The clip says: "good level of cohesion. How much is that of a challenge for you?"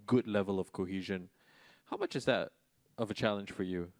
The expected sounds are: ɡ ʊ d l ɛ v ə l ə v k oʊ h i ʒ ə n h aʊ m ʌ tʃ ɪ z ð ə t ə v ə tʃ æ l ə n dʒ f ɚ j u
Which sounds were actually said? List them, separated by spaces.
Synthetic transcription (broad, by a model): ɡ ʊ d l ɛ v ə l ə v k oʊ h i ʒ ə n h aʊ m ʌ tʃ ɪ z ð ə t ə v ə tʃ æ l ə n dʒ f ɚ j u